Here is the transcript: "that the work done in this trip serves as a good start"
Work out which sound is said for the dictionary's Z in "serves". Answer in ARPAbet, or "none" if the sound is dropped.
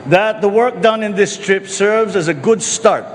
Z